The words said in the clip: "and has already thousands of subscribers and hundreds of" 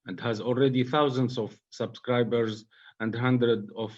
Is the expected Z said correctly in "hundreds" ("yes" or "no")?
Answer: no